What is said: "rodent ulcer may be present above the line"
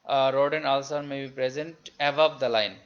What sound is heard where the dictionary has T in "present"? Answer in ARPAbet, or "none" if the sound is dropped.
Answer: T